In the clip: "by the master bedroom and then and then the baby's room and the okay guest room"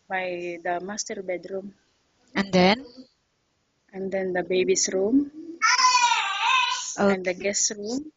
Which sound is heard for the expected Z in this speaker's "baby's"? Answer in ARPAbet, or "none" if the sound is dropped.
S